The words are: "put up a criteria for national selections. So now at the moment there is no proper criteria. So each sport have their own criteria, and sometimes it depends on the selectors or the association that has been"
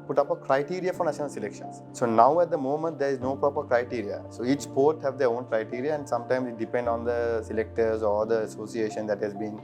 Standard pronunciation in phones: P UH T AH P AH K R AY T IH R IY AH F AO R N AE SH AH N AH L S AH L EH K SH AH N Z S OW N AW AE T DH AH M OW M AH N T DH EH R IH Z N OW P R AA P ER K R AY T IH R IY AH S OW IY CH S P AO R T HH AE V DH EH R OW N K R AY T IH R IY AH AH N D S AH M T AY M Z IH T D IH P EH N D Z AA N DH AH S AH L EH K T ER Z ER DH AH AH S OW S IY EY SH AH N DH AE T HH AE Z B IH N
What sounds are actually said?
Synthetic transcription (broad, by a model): P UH T AH P AH K R AY T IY R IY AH F AO R N AE SH AH N AH L S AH L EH K SH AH N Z S OW N AW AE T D AH M OW M AH N T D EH R IH Z N OW P R AA P ER K R AY T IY R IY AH S OW IY CH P AO R T HH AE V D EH R OW N K R AY T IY R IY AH AH N D S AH M T AY M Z IH T D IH P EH N D AA N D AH S AH L EH K T ER Z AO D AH AH S OW S IY EY SH AH N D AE T HH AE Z B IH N